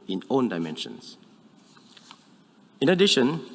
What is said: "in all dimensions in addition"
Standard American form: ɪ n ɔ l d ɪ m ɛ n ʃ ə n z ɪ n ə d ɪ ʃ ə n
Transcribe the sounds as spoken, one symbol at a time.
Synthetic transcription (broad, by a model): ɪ n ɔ n d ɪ m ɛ n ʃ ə n s ɪ n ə d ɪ ʃ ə n